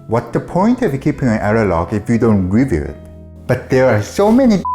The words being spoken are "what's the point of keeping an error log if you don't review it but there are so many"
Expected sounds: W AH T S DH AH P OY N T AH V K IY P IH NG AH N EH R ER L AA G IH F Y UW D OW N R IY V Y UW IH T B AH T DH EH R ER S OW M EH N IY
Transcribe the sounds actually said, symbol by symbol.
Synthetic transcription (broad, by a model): W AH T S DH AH P OY N T AH V K IY P IH NG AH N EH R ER L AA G IH F Y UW D OW N R IY V Y UW IH T B AH T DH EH R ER S OW M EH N IY